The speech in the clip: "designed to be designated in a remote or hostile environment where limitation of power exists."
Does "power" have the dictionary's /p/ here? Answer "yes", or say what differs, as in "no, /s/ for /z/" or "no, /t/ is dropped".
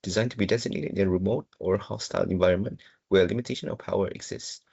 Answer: yes